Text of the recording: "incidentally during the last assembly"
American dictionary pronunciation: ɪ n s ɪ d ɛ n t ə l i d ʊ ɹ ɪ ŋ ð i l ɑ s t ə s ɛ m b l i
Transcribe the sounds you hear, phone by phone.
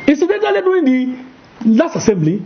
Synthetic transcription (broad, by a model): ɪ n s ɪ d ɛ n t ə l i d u ɪ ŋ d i l ɑ s t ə s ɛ m b l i